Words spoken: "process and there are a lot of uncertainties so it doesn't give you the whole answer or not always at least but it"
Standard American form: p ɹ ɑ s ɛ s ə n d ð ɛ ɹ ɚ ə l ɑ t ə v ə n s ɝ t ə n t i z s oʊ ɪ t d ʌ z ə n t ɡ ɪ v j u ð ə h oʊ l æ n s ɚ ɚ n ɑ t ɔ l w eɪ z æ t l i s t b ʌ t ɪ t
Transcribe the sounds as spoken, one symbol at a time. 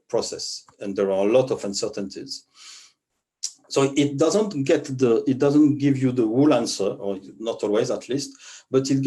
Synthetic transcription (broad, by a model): p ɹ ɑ s ɛ s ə n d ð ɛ ɹ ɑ ə l ɑ t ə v ə n s ɝ t ə n t i z s oʊ ɪ t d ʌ z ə n t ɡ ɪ v j u ð ə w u l æ n s ɚ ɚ n ɑ t ɔ l w eɪ z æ t l i s t b ʌ t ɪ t